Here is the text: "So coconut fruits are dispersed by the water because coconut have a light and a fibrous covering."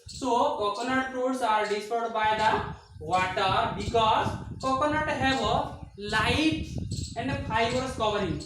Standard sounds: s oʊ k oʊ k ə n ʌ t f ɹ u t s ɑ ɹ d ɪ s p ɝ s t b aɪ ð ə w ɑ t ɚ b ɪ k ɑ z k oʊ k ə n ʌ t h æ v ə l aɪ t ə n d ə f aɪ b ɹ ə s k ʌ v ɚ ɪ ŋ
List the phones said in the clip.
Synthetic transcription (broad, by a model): s oʊ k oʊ k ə n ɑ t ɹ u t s ɑ ɹ d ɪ s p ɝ t b aɪ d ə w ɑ t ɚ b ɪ k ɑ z k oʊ k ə n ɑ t h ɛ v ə l aɪ t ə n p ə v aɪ ɹ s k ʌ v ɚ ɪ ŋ